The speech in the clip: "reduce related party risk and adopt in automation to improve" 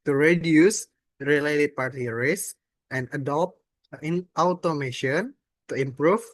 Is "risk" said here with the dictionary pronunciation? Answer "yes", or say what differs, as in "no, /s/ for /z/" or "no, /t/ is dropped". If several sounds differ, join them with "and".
no, /k/ is dropped